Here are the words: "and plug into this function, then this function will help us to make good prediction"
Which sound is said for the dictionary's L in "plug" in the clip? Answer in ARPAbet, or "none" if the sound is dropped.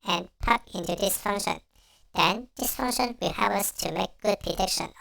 none